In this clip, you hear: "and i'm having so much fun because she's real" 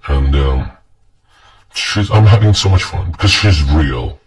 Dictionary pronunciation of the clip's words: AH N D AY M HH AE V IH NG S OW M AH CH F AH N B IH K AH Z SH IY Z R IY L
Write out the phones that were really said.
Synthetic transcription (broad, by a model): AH N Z AY M HH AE V IH NG S OW M AH CH F AH N B IH K AH Z SH IY Z R IY L